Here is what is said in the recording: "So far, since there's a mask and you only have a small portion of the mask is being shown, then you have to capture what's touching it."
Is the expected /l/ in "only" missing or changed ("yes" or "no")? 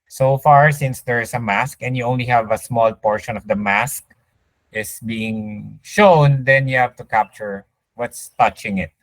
no